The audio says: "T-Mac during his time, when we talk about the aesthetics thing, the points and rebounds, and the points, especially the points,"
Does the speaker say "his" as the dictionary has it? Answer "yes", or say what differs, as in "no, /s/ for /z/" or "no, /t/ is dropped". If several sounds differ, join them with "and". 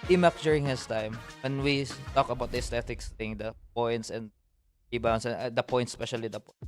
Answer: no, /s/ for /z/